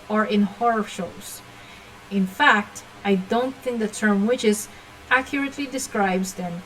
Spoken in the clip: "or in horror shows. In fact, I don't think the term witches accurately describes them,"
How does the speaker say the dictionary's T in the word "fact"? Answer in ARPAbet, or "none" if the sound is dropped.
T